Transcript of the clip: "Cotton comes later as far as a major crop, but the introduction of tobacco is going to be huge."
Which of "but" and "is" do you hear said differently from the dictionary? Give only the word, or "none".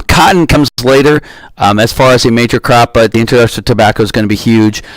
none